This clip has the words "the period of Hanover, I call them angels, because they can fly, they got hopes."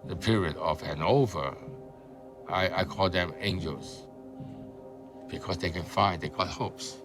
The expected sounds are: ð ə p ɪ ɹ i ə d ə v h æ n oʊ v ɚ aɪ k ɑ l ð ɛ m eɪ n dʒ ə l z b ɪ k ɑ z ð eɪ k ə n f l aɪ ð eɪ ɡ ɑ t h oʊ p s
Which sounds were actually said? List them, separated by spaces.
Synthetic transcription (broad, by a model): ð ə p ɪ ɹ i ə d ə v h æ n oʊ v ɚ aɪ k ɑ l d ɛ m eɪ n dʒ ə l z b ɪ k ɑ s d eɪ k ə n f aɪ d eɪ ɡ ɑ t h oʊ p s